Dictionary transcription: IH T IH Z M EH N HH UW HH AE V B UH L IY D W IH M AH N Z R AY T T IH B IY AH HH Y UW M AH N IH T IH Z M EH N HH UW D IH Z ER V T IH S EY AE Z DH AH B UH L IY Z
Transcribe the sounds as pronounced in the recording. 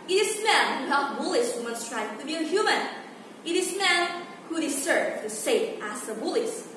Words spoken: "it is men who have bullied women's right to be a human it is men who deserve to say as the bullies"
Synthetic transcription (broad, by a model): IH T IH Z M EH N HH UW HH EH P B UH L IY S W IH M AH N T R AY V T IH B IY AH HH Y UW M AH N IH T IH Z M EH N HH UW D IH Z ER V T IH S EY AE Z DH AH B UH L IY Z